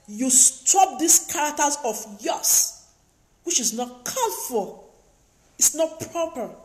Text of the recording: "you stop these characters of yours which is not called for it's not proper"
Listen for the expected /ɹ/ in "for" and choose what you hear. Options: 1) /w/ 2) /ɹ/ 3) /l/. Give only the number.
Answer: 3